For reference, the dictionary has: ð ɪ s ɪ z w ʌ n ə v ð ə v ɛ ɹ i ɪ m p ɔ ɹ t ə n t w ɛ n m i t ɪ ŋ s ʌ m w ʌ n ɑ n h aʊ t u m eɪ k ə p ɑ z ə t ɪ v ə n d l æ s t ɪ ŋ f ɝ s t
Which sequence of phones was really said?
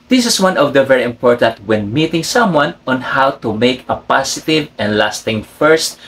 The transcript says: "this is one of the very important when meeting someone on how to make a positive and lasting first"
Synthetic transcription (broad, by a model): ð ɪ s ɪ s w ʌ n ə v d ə v ɛ ɹ i ɪ m p ɔ ɹ t ə n t w ɛ n m i t ɪ ŋ s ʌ m w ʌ n ɑ n h aʊ t u m eɪ k ə p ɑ s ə t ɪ v ə n d l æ s t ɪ ŋ f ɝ s t